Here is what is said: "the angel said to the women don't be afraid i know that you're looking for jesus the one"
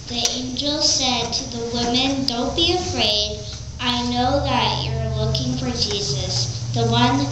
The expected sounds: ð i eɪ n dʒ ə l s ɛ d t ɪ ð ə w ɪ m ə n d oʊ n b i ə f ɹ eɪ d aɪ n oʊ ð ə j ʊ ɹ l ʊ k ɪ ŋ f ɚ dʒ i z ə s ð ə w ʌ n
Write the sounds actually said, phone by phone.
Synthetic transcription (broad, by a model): ð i eɪ n dʒ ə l s ɛ d t ɪ ð ə w ɪ m ə n d oʊ n b i ə f ɹ eɪ d aɪ n oʊ ð ə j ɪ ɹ l ʊ k ɪ ŋ f ɚ dʒ i z ə s ð ə w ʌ n